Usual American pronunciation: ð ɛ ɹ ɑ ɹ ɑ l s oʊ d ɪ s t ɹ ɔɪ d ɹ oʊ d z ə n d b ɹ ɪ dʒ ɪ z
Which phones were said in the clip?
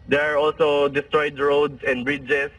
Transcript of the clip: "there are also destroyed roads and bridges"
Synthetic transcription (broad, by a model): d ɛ ɹ ɑ ɹ ɑ l s oʊ d ɪ s t ɹ ɔɪ d ɹ oʊ d s ə n d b ɹ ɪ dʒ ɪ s